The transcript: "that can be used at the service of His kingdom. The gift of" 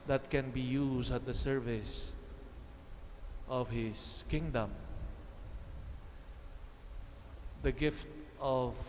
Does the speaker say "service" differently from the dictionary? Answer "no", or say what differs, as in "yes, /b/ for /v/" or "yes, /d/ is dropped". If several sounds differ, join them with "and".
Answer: no